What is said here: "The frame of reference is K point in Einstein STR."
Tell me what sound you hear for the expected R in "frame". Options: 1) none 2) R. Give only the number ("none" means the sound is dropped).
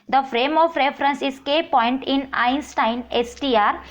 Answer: 2